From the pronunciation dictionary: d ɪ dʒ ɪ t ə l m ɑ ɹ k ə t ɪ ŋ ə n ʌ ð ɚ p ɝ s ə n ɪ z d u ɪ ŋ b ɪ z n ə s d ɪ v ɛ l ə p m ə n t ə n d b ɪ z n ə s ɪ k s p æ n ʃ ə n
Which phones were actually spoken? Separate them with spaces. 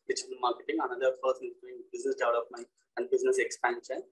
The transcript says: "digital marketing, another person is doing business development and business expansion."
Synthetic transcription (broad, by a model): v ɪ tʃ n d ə m ɑ ɹ k ə t ɪ ŋ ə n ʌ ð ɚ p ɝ s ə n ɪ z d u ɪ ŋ b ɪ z n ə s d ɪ ʊ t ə f m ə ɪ ə n d b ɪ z n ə s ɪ k s p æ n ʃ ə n